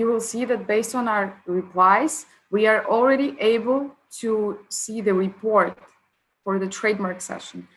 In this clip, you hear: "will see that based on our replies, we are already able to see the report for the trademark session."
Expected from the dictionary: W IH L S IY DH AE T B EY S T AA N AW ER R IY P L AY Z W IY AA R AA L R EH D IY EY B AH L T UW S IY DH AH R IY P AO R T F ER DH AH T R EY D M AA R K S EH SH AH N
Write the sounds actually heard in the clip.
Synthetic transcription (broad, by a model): W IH L S IY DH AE T B EY S T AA N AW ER R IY P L AY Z W IY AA R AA L R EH D IY EY B AH L T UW S IY DH AH R IY P AO R T F ER DH AH T R EY D M AA R K S EH SH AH N